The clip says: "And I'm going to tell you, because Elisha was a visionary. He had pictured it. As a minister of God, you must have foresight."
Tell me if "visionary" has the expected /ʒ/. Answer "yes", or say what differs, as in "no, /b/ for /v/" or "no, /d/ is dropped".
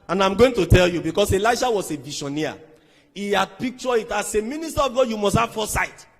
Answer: no, /ʃ/ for /ʒ/